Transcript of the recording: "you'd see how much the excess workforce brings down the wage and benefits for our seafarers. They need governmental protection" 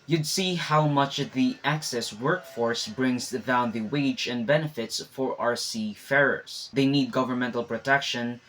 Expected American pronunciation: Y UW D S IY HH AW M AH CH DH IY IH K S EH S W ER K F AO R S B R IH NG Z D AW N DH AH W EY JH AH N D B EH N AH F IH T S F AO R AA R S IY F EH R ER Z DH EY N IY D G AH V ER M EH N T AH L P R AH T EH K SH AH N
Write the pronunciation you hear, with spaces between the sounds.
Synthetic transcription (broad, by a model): Y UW D S IY HH AW M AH CH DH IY IH K S EH S W ER K F AO R S B R IH NG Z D AW N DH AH W EY JH AH N D B EH N AH F IH T S F AO R AA R S IY F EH R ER S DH EY N IY D G AH V ER M EH N T AH L P R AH T EH K SH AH N